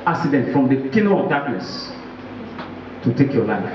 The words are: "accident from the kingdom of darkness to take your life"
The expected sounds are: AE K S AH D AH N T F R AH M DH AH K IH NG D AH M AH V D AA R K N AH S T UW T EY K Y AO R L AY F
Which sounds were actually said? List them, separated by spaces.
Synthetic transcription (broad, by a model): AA K S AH D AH N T F R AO M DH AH K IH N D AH AH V D AA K N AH S T UW T EY K Y AO L AY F